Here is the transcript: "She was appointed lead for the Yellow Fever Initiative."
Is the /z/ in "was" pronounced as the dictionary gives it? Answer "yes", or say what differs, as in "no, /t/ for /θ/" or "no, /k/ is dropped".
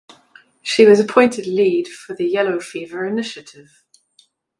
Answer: yes